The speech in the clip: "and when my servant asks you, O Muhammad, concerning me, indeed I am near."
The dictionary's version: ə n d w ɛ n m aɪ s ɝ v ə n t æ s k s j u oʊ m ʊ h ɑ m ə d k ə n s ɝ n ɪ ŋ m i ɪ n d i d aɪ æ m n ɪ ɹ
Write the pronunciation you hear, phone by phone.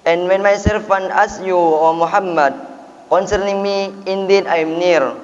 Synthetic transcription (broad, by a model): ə n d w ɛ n m aɪ s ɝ f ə n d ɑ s s j u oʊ m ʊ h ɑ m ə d k ə n s ɝ n ɪ ŋ m i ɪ n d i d aɪ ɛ m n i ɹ